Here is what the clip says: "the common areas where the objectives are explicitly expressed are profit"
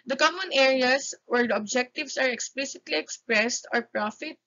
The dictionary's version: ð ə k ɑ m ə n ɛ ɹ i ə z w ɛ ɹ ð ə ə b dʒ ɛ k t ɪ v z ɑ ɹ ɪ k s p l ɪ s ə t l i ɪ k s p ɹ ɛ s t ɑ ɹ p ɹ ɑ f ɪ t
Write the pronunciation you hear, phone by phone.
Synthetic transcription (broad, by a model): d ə k ɑ m ə n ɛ ɹ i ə s w ɛ ɹ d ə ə b dʒ ɛ k t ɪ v s ɑ ɹ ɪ k s p l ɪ s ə t l i ɪ k s p ɹ ɛ s t ɑ ɹ p ɹ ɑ f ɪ t